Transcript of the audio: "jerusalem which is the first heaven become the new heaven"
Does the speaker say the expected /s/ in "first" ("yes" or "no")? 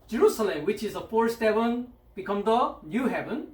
no